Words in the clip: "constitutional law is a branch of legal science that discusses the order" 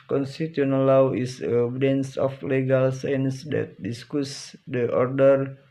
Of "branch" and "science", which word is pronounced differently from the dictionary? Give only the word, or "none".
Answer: branch